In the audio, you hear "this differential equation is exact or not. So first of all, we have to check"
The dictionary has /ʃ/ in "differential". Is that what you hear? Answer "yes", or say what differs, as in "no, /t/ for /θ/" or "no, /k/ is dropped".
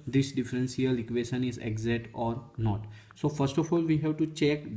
no, /s/ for /ʃ/